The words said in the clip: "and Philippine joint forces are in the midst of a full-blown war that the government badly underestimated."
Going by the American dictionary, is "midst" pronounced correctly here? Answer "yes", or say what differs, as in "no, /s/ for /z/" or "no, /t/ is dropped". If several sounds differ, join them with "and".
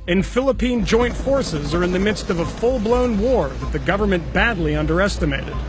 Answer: yes